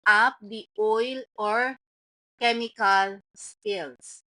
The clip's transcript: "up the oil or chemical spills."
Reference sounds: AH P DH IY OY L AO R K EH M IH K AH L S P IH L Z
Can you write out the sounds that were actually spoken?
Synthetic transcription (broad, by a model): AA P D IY OY L AO R K EH M IH K AH L S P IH L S